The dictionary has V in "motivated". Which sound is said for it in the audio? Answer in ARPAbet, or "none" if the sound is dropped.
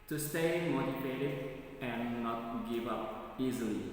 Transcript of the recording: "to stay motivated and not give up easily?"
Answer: F